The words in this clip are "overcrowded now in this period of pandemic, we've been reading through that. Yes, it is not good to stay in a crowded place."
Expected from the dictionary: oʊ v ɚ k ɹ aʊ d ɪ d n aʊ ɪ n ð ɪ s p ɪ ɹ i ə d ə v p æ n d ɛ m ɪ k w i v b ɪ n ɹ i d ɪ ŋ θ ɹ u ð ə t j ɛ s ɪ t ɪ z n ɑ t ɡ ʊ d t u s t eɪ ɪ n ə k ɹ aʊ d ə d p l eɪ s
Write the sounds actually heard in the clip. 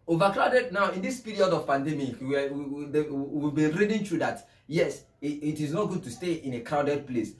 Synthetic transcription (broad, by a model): oʊ v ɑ k ɹ aʊ d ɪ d n aʊ ɪ n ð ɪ s p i ɹ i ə d ə v p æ n d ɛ m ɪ k w i v b ɪ n ɹ i d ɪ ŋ t ɹ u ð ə t j ɛ s ɪ t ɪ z n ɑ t ɡ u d t u s t eɪ ɪ n ə k ɹ aʊ d ə d p l eɪ s